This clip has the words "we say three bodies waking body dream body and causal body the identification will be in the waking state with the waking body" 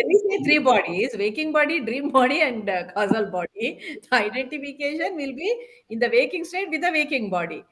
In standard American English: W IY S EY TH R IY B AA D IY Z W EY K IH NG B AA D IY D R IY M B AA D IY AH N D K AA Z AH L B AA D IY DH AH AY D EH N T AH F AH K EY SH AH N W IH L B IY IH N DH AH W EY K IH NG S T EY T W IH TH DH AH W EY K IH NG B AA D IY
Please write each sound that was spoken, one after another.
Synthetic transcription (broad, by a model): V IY S EY T R IY B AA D IY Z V EY K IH NG B AA D IY D R IY M B AA D IY AH N D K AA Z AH L B AA D IY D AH AY D EH N T AH F AH K EY SH AH N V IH L B IY IH N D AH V EY K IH NG S T EY T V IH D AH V EY K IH NG B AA D IY